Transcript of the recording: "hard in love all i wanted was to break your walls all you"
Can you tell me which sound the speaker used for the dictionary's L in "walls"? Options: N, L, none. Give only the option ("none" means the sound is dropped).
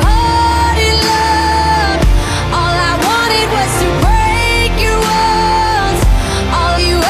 none